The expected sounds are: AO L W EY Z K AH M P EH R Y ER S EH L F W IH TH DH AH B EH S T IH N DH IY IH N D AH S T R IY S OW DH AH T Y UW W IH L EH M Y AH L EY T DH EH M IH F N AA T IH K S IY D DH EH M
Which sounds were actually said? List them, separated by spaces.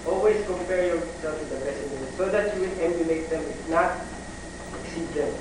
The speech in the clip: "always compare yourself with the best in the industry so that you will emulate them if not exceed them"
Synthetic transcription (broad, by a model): AO L W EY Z K AH M P EH R Y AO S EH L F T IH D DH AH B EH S IH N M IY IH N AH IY S OW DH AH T Y UW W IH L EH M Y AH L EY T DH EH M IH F N AA T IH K S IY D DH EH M